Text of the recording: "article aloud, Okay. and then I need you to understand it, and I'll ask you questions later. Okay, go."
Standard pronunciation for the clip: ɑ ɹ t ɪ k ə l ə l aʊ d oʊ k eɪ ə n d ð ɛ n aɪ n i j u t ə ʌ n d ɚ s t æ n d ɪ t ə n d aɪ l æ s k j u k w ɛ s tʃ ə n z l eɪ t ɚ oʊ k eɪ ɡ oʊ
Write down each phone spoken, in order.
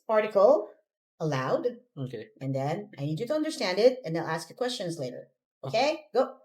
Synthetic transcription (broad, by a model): ɑ ɹ t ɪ k l ə l aʊ d oʊ k eɪ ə n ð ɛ n aɪ n i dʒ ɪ t ə ʌ n d ɚ s t æ n d ɪ t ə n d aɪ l æ s k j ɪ k w ɛ s tʃ ə n z l eɪ t ɚ oʊ k eɪ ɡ oʊ